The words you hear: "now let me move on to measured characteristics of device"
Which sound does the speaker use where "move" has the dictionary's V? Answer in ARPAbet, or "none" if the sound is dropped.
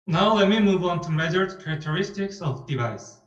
V